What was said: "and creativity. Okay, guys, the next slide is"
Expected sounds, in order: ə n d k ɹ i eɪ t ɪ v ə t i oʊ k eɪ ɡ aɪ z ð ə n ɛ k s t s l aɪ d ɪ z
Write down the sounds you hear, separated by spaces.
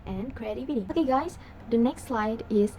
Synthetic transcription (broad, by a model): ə n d k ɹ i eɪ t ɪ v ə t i oʊ k eɪ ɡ aɪ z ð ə n ɛ k s t s l aɪ d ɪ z